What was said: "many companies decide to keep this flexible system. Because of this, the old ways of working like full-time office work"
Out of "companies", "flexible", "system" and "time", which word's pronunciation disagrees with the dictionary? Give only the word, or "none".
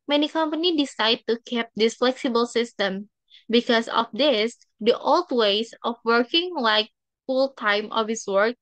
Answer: companies